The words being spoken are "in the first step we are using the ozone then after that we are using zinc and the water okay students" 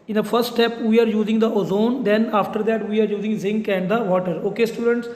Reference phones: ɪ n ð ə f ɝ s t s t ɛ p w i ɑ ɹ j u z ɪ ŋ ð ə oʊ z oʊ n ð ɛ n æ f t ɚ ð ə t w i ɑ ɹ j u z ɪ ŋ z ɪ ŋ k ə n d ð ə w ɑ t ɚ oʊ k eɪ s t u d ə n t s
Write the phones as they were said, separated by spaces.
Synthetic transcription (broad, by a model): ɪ n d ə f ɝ s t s t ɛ p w i ɑ ɹ j u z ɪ ŋ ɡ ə oʊ z oʊ n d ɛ n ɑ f t ɚ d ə t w i ɑ ɹ j u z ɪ ŋ z ɪ ŋ k ə n d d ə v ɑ t ɚ oʊ k eɪ s t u d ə n t s